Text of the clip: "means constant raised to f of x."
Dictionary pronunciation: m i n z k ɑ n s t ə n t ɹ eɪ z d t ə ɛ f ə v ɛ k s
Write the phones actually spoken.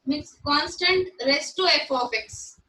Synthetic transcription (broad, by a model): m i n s k ɑ n s t ə n t ɹ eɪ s t ə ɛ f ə p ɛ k s